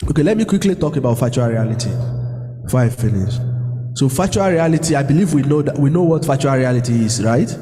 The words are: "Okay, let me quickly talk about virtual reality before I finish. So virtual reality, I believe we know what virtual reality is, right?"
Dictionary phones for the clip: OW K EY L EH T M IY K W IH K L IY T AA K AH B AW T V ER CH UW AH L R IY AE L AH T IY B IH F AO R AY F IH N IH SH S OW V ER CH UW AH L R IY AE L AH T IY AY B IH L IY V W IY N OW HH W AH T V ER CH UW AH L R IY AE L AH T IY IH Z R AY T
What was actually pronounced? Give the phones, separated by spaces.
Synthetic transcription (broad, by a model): OW K EY L EH T M IY K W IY K L IY T AA K AH B AW T F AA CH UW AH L R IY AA L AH T IY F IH IH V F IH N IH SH S OW F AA CH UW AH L R IY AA L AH T IY AY B IH L IY V W IY N OW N W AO T F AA CH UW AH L R IY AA L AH T IY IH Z R AY T